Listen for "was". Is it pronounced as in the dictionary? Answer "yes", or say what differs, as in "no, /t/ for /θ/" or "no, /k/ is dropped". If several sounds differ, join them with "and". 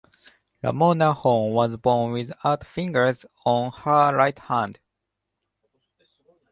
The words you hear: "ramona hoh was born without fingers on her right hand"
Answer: yes